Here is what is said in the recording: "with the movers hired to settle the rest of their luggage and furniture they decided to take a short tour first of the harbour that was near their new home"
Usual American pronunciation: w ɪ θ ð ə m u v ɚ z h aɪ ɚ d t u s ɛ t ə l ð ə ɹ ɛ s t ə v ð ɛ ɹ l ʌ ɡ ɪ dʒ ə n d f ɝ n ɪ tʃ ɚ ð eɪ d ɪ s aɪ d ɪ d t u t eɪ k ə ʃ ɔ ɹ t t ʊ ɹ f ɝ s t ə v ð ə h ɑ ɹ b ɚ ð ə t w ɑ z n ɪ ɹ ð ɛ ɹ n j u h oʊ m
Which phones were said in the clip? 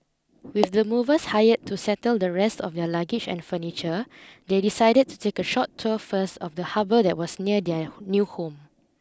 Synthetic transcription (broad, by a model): w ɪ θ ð ə m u v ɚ s h aɪ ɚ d t u s ɛ t ə l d ə ɹ ɛ s t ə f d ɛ l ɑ ɡ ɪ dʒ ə n f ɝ n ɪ tʃ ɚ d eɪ d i s aɪ d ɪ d t u t eɪ k ə ʃ ɔ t t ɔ f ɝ s t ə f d ə h ɑ b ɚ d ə t w ɑ s n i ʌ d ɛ n j u h oʊ m